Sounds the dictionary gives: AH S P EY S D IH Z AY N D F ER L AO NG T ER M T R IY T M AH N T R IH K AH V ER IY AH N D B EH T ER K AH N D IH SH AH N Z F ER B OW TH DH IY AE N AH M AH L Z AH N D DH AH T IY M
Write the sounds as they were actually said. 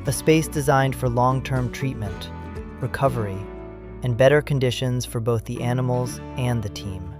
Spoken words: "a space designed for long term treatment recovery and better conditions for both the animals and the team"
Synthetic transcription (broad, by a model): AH S P EY S D IH Z AY N D F ER L AO NG T ER M T R IY T M AH N T R IH K AH V ER IY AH N B EH T ER K AH N D IH SH AH N Z F ER B OW TH DH IY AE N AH M L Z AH N DH AH T IY M